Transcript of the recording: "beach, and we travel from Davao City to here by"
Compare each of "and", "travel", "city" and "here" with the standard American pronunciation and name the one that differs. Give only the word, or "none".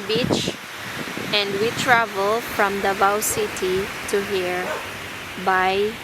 none